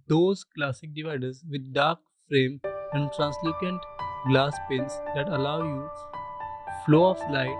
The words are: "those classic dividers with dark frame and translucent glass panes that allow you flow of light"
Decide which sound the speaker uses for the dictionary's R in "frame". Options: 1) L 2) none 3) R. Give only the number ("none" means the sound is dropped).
3